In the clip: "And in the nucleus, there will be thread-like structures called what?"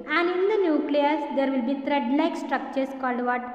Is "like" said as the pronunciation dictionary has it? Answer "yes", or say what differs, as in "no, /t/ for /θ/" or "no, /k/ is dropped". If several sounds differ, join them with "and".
no, /n/ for /l/